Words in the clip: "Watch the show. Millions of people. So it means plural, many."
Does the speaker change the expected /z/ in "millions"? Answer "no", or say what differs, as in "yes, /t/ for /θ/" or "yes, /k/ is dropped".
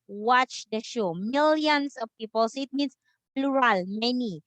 yes, /s/ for /z/